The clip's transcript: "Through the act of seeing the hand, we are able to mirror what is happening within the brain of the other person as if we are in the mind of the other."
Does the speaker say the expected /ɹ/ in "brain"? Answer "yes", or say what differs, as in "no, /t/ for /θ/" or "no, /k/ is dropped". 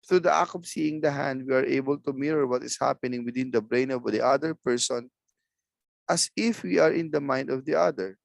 yes